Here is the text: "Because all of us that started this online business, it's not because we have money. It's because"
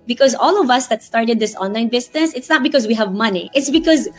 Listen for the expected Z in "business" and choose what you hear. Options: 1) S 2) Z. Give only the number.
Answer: 1